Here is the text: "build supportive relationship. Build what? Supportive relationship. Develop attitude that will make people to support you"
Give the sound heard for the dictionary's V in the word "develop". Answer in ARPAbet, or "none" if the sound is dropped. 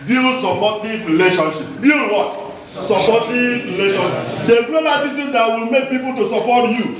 P